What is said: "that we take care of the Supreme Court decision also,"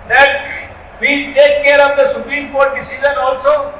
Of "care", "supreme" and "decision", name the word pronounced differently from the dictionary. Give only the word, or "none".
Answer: decision